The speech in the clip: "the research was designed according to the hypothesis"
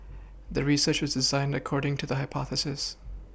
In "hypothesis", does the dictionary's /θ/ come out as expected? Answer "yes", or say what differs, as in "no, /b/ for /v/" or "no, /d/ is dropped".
yes